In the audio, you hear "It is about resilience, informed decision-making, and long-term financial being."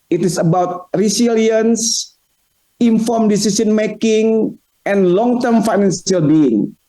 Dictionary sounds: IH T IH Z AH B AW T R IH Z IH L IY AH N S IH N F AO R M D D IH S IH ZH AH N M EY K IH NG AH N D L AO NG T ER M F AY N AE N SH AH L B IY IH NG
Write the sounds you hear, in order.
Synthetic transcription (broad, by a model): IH T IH S AH B AW T R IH S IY L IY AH N S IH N F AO R M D D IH S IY S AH N M EY K IH NG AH N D L AO NG T ER M F AY N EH N S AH L B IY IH NG